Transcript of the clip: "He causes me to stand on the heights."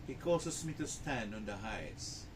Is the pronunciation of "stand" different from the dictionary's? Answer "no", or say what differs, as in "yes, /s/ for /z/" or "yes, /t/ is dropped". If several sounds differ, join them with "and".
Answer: yes, /d/ is dropped